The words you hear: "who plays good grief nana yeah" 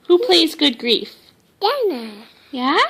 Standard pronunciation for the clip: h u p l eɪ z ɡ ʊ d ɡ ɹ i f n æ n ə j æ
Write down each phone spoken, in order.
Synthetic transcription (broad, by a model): h u p l eɪ z ɡ ʊ d ɡ ɹ i f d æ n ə j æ